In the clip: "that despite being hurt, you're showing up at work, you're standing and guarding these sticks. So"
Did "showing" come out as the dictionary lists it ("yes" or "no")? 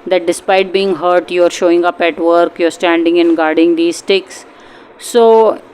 yes